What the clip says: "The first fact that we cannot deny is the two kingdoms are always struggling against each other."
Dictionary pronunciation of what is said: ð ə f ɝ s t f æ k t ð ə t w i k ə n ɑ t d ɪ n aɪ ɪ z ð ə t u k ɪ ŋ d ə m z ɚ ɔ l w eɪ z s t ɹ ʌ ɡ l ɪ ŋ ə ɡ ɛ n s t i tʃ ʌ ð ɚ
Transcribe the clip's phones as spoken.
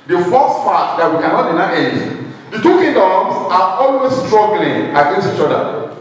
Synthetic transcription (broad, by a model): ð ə f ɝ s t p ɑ t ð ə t w i k ə n ɑ t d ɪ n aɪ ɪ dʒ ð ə t u k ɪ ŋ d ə m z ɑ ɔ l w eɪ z s t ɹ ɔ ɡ l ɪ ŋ ə ɡ ɛ n s t i tʃ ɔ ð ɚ